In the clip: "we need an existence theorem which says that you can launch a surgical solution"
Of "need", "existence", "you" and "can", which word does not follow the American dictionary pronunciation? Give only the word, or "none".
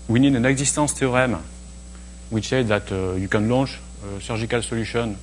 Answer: existence